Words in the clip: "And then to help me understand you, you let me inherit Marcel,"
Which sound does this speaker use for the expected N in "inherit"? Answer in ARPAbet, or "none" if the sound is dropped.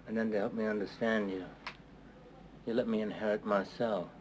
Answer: N